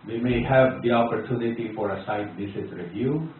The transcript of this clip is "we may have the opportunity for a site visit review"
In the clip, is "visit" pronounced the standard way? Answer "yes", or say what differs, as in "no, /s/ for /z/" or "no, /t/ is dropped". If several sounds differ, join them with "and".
no, /s/ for /z/